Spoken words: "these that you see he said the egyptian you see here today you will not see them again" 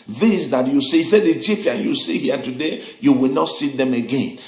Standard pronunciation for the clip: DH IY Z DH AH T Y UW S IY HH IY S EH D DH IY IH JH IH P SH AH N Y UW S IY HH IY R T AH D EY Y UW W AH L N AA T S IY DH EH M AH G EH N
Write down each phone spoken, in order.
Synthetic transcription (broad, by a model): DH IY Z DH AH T Y UW S IY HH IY S EH D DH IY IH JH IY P AH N Y UW S IY HH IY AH T AH D EY Y UW W AH L N AA T S IY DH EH M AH G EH N